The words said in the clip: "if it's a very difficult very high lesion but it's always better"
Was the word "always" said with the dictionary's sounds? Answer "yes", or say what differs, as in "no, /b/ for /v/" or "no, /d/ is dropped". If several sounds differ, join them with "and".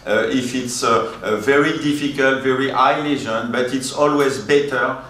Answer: yes